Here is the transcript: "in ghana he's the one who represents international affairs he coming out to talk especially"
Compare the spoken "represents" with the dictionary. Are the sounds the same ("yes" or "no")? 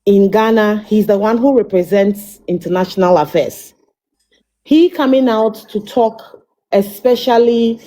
yes